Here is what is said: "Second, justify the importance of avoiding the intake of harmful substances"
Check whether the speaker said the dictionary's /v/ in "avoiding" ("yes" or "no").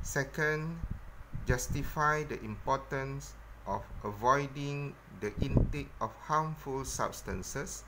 yes